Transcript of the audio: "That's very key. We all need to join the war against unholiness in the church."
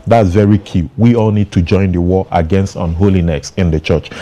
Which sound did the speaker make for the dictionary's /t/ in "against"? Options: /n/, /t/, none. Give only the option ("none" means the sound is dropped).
/t/